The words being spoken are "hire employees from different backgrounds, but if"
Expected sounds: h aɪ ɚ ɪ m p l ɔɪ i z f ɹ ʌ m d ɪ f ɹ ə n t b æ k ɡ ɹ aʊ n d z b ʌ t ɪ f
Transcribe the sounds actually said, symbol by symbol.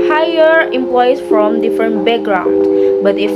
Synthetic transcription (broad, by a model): h aɪ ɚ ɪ m p l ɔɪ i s f ɹ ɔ m d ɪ f ɹ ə n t b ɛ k ɡ ɹ aʊ n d b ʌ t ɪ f